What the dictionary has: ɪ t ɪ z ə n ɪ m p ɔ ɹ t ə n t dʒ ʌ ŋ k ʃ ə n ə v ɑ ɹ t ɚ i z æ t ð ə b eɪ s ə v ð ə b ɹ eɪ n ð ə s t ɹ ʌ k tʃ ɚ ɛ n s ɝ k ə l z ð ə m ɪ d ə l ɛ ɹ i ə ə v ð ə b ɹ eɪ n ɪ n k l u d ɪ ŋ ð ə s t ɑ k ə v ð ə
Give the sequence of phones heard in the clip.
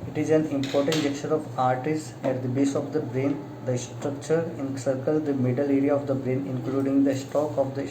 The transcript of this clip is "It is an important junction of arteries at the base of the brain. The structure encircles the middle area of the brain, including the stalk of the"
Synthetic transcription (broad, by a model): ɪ t ɪ z ə n ɪ m p ɔ ɹ t ə n t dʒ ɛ k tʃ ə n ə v ɑ ɹ t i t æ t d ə b eɪ s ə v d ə b ɹ eɪ n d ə s t ɹ ʌ k tʃ ɚ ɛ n s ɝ k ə l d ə m ɪ d ə l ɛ ɹ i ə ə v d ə b ɹ eɪ n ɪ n k l u d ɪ ŋ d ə s t ɑ k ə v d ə